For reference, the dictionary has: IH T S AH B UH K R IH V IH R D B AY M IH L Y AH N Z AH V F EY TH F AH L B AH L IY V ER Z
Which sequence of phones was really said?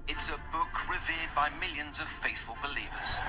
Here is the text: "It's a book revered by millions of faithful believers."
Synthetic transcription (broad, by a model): IH T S AH B UH K R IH V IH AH D B AY M IH L Y AH N Z AH V F EY TH F AH L B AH L IY V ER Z